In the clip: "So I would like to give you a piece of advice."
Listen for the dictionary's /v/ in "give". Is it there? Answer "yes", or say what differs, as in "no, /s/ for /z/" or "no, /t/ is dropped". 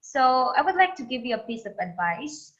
yes